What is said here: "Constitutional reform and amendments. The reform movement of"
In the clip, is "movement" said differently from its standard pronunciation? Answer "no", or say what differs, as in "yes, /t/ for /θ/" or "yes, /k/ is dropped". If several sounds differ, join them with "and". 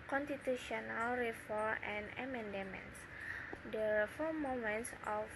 yes, /v/ is dropped